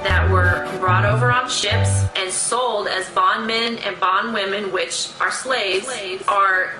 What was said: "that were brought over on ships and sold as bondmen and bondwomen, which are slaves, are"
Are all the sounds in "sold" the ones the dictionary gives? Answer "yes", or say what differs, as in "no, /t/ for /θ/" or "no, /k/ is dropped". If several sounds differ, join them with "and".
yes